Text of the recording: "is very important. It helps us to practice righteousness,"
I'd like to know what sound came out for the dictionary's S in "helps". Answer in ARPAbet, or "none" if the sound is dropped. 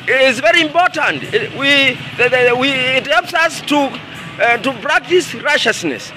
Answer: S